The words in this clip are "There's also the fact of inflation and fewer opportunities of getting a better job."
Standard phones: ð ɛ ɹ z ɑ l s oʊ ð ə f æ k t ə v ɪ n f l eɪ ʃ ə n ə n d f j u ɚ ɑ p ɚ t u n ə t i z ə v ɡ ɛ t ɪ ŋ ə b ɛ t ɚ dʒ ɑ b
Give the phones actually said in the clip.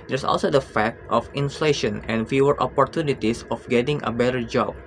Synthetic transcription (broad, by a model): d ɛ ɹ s ɑ l s oʊ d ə f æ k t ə f ɪ n f l eɪ ʃ ə n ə n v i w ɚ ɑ p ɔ t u n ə t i s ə f ɡ ɛ t ɪ ŋ ə b ɛ t ɚ dʒ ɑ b